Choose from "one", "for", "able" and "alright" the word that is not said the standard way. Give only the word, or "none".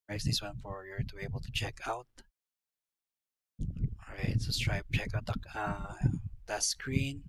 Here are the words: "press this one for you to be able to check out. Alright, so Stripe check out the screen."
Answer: alright